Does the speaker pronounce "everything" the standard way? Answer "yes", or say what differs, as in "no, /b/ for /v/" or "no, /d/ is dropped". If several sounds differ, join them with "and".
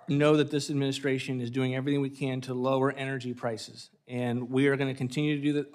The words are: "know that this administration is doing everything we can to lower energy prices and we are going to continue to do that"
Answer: yes